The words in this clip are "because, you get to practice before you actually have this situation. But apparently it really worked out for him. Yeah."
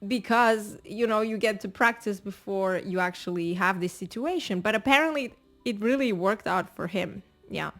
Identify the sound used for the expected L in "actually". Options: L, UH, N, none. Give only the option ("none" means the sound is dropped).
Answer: L